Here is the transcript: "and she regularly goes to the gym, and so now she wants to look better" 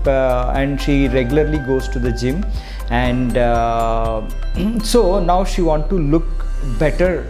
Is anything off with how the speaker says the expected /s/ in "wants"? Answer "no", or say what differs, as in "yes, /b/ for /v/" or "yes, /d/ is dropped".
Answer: yes, /s/ is dropped